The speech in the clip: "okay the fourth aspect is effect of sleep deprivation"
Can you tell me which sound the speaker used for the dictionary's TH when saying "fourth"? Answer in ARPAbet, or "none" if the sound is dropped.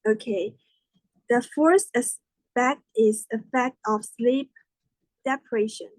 T